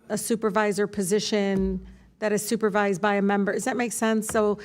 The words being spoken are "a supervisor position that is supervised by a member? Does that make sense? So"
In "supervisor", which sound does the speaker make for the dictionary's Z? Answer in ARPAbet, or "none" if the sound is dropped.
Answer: Z